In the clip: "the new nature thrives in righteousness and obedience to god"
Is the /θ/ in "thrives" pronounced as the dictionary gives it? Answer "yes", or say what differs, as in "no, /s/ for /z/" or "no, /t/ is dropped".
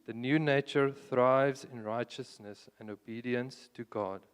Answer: yes